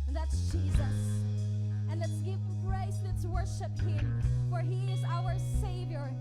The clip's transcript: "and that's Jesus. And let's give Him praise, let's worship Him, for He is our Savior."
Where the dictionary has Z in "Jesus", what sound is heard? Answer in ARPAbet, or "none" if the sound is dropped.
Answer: Z